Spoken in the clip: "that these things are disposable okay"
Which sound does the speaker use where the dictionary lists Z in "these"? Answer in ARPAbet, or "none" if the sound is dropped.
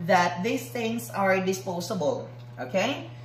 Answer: S